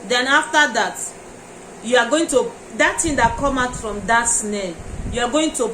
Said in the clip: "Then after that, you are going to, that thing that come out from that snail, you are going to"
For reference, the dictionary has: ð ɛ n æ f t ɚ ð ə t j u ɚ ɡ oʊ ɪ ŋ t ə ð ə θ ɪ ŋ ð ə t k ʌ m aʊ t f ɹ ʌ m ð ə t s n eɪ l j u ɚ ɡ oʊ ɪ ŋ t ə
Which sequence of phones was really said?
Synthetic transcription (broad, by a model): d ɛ n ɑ f t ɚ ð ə t j u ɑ ɡ oʊ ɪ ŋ t ə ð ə t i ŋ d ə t k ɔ m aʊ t f ɹ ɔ m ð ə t s n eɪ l j u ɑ ɡ oʊ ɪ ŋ t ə